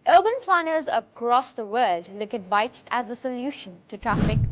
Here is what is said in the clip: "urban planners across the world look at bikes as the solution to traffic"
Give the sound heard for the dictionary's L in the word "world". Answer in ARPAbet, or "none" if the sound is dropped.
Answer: none